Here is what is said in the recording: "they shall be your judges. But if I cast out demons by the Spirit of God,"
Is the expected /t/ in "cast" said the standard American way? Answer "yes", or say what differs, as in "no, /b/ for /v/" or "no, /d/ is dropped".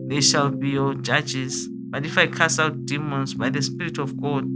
no, /t/ is dropped